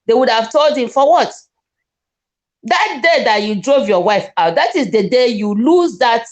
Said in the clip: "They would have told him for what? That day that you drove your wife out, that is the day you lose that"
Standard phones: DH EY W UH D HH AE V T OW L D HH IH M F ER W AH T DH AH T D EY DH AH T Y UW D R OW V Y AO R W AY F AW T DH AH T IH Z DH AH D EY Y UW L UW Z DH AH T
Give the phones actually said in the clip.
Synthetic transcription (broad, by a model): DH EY W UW D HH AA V T OW L D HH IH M F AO W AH T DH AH T D EY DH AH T Y UW D R OW V Y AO W AY F AW T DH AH T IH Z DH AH D EY Y UW L UW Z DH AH T